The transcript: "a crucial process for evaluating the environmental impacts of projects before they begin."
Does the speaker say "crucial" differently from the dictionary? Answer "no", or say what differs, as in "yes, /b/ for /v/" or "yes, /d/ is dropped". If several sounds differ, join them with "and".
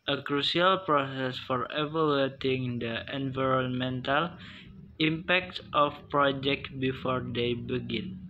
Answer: yes, /s/ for /ʃ/